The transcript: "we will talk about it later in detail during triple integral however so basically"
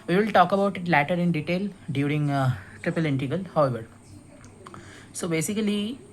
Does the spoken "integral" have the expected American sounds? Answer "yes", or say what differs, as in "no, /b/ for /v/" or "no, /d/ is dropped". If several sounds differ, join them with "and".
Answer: no, /ɹ/ is dropped